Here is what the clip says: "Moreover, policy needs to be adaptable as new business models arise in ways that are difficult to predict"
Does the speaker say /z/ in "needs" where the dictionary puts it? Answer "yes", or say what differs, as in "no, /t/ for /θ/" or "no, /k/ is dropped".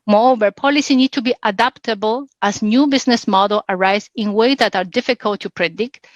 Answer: no, /z/ is dropped